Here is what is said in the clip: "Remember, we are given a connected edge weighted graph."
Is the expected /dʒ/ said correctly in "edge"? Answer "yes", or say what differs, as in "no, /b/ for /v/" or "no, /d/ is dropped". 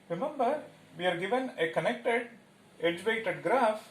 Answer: yes